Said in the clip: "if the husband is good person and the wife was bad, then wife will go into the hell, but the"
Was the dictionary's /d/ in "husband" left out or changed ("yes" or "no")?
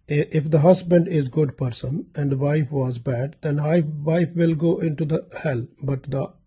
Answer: no